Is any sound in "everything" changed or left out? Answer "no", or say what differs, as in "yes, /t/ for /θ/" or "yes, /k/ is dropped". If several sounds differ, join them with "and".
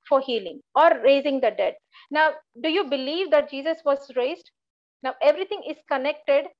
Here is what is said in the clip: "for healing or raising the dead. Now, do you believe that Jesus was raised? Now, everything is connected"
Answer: yes, /t/ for /θ/